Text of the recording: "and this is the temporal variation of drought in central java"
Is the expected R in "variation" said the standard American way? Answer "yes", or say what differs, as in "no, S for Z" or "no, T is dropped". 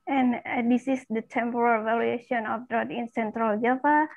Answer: no, L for R